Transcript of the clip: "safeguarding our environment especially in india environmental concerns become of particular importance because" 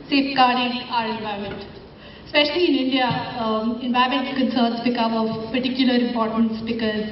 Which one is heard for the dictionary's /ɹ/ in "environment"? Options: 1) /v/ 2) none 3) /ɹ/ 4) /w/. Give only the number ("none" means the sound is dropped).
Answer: 2